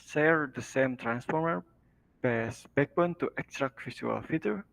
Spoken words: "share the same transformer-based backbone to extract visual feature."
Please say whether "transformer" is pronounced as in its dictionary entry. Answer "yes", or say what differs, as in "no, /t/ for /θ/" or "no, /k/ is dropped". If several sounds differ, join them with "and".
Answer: yes